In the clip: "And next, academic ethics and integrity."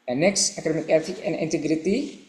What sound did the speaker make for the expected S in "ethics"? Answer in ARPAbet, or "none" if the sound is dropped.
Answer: none